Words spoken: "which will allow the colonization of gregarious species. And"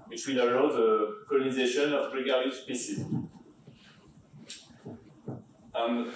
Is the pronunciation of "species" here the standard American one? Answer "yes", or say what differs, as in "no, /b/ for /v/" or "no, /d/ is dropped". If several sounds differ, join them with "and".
no, /s/ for /ʃ/ and /z/ is dropped